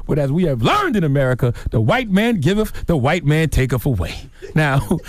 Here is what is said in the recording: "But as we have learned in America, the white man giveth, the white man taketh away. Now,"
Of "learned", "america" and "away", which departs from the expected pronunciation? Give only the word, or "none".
none